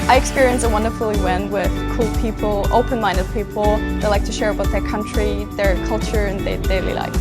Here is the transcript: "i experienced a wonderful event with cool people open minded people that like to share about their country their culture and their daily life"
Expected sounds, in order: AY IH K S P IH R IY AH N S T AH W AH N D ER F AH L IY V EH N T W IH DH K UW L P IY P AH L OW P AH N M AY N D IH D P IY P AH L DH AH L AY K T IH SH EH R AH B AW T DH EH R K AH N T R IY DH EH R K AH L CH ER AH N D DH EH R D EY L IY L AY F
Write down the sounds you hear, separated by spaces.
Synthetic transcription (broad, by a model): AY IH K S P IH R IY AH N S AH W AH N D ER F L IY W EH N W IH DH K UW L P IY P L OW P AH N M AY N D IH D P IY P L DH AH L AY K T IH SH EH R AH B AW T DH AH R K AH N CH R IY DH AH R K AH L CH ER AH N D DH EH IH D EY L IY L AY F